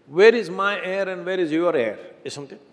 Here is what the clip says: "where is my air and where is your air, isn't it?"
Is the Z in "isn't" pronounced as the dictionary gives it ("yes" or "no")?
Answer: no